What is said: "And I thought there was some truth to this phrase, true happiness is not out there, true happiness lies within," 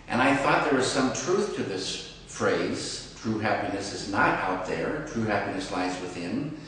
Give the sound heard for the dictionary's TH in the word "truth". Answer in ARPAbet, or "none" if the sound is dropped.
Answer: TH